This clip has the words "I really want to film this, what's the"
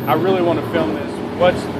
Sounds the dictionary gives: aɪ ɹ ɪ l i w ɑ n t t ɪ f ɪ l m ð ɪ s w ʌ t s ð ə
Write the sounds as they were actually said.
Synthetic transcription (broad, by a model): aɪ ɹ ɪ l i w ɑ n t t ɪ f ɪ l m ð ɪ s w ʌ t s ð